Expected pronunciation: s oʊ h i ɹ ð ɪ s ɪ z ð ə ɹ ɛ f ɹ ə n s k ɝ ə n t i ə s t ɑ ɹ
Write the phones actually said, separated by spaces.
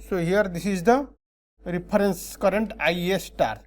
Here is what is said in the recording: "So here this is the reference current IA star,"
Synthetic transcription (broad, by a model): s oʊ h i ɹ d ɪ s ɪ z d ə ɹ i p ɹ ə n s k ɝ ə n t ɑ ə s t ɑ ɹ